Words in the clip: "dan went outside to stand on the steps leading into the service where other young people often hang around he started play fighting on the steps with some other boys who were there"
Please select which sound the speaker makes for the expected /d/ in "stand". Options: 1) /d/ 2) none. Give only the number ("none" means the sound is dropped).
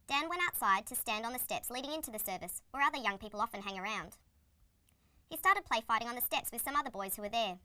1